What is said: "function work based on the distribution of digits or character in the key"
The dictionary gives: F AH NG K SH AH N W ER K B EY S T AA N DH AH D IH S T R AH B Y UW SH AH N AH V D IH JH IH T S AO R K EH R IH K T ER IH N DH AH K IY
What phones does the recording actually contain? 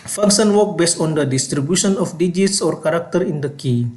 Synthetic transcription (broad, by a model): F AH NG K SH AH N W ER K B EY S T AA N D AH D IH S T R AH B Y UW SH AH N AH F D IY JH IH T S AO R K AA R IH K T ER IH N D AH K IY